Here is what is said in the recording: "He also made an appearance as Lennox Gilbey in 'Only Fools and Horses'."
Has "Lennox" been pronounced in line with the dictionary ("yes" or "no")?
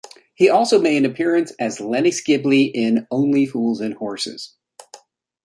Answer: no